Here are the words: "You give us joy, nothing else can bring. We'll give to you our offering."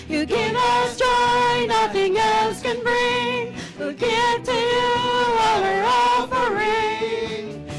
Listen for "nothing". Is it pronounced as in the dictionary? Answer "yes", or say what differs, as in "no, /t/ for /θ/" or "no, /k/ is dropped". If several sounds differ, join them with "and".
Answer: yes